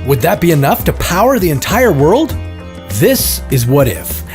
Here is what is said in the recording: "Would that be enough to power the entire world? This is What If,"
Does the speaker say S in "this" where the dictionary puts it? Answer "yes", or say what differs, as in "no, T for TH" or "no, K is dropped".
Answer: yes